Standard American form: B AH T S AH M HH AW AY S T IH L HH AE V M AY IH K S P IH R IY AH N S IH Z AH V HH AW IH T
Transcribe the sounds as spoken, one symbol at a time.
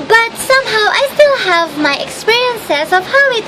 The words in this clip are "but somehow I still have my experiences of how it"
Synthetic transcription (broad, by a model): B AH T S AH M HH AW AY S T IH L HH AE V M AY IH K S P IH R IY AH N S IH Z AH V HH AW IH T